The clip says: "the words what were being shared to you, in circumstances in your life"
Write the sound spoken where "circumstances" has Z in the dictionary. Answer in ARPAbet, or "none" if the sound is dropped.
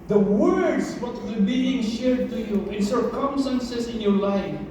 S